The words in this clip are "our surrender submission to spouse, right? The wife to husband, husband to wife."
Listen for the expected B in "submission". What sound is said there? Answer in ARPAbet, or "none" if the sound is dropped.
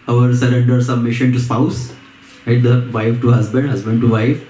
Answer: none